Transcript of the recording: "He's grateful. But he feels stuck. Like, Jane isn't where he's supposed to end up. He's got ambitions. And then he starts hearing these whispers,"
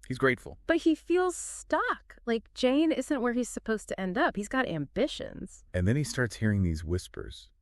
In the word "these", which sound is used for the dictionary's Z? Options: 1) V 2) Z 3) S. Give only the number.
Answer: 2